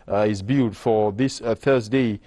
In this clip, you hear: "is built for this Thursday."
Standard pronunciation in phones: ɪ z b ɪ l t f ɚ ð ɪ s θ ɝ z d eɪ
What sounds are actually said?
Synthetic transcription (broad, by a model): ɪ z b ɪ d f ɚ ð ɪ s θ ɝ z d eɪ